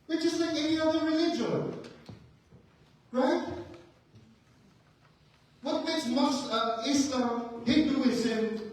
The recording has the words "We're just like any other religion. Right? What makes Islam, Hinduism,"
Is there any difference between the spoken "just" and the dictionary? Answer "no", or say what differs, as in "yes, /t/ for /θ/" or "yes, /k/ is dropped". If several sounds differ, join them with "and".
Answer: yes, /tʃ/ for /dʒ/